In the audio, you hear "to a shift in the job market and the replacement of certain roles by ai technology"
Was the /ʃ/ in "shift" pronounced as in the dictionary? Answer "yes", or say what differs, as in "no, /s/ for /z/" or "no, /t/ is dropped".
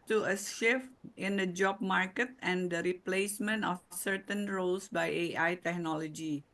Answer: no, /s/ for /ʃ/